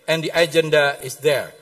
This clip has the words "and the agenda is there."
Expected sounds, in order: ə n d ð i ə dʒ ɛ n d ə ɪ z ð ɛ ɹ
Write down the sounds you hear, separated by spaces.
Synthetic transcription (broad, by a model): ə n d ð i ə dʒ ɛ n d ə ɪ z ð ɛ ɹ